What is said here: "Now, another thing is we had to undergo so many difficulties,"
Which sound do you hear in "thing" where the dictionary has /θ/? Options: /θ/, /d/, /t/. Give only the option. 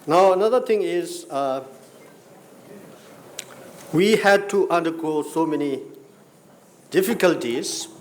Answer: /t/